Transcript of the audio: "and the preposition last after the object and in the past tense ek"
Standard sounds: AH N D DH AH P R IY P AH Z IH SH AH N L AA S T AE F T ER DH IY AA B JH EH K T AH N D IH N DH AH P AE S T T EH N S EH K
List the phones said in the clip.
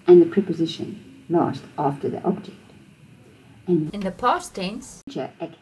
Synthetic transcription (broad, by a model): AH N DH AH P R IY P AH Z IH SH AH N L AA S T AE F T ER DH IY AA B JH EH K T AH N IH N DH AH P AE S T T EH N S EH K